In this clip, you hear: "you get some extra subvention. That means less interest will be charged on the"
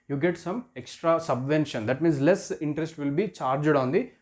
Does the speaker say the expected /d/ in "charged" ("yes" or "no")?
yes